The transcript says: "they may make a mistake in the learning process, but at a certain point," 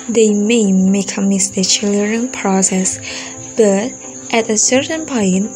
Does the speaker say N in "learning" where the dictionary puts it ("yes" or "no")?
no